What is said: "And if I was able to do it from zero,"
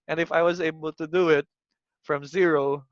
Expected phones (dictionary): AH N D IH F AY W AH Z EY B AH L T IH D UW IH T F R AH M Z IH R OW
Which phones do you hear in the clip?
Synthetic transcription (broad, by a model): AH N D IH F AY W AH Z EY B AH L T IH D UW IH T F R AH M Z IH R OW